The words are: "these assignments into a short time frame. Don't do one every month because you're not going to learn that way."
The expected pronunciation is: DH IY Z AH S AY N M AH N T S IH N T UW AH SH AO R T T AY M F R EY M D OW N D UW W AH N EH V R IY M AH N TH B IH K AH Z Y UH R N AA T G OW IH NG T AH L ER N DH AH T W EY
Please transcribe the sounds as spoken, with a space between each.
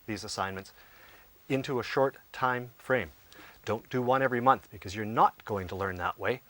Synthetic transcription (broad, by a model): DH IY Z AH S AY N M AH N T S IH N T UW AH SH AO R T T AY M F R EY M D OW N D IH W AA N EH V R IY M AH N TH B IH K AH Z Y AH R N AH T G OW IH NG T AH L ER N DH AH T W EY